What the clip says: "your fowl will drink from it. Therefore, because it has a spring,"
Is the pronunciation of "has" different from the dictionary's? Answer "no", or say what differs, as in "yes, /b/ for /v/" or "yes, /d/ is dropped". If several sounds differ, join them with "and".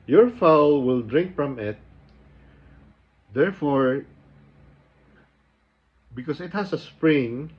yes, /s/ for /z/